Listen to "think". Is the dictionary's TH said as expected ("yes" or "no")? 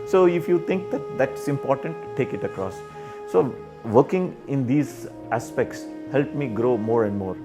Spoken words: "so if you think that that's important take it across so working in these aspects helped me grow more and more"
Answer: no